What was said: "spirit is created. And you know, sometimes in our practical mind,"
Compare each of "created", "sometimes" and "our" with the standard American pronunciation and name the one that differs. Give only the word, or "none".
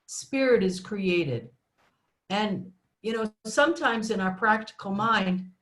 none